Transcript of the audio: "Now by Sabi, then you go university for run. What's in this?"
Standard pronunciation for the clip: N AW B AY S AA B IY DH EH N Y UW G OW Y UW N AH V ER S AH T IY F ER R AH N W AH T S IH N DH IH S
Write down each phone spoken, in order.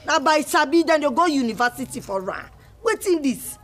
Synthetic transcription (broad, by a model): N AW B AY S AA B IY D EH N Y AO G OW Y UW N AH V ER S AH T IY F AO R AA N W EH T IH N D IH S